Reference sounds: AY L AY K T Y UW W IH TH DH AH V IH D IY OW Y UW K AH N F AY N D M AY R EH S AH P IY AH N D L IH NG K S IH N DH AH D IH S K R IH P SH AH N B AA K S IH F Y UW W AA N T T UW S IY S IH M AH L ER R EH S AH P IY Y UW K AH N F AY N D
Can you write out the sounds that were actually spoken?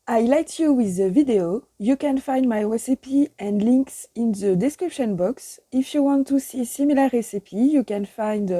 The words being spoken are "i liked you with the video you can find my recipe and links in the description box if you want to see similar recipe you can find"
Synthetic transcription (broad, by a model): AY L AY T Y UW W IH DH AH V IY D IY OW Y UW K AH N F AY N D M AY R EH S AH P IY AH N D L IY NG K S IH N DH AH D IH S K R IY P SH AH N B AA K S IH F Y UW W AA N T T UW S IY S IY M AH L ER R EH S AH P IY Y UW K AH N F AY N D